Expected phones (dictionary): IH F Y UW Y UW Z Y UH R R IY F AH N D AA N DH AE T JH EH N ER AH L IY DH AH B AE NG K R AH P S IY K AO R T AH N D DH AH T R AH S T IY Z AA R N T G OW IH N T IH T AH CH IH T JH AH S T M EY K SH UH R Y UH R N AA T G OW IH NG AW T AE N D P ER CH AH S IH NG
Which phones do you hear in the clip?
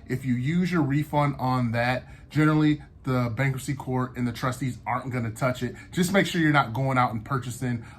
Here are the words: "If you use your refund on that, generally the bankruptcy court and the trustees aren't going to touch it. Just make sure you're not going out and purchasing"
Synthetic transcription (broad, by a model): IH F Y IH Y UW Z Y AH R R IY F AH N D N DH AE T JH EH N ER L IY DH AH B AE NG K AH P S IY K AO R T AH N DH AH T R AH S T IY Z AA R N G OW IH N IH T AH CH IH T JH AH S M EY K SH UH R Y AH R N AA T G OW IH NG AW T N P ER CH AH S IH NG